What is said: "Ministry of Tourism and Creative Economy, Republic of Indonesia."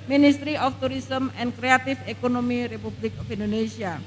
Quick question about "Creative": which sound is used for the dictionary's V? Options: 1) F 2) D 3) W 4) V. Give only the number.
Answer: 1